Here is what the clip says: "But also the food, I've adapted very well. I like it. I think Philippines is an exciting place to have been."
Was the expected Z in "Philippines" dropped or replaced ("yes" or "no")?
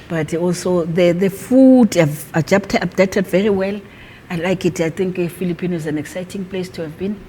yes